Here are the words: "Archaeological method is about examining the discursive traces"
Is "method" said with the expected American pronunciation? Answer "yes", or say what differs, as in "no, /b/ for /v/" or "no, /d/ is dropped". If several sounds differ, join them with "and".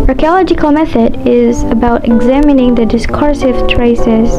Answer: yes